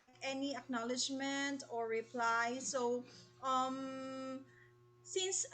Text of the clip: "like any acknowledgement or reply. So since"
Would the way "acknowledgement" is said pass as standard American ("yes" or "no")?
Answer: yes